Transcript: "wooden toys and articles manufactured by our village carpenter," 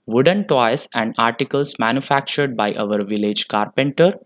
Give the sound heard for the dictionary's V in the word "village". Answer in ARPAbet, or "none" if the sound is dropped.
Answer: V